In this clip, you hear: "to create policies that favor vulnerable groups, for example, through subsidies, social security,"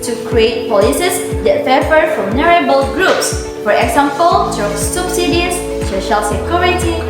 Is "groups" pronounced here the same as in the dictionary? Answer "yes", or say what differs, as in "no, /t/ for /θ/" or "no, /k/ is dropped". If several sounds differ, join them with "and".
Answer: yes